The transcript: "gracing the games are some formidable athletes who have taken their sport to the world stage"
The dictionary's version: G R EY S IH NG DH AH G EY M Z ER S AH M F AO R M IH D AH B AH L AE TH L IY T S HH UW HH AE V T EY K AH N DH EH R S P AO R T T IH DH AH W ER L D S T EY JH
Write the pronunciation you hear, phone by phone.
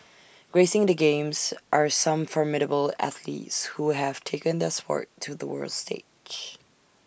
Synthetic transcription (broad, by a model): G R EY S IH NG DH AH G EY M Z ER S AH M F AO R M IH D AH B AH L AE TH L IY T S HH UW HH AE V T EY K AH N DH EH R S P AO R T T IH DH AH W ER L D S T EY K